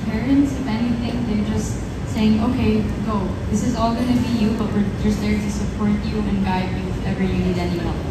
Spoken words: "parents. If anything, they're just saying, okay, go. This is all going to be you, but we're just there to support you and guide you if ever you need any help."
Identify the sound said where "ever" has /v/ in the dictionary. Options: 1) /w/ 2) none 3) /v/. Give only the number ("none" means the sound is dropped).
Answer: 2